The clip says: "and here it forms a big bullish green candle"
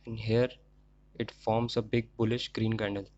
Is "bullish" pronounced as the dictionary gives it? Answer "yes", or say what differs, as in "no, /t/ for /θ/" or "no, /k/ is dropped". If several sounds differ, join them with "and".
yes